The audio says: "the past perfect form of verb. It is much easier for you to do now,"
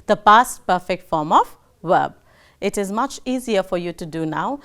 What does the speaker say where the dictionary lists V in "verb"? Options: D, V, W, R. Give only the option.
W